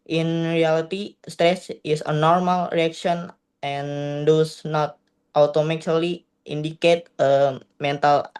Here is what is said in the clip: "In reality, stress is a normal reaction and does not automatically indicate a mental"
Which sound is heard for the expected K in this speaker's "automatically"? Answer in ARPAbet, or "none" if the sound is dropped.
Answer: none